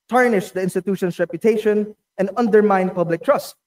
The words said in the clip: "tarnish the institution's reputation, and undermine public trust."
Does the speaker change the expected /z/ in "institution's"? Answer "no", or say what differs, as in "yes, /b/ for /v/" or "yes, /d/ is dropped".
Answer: yes, /s/ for /z/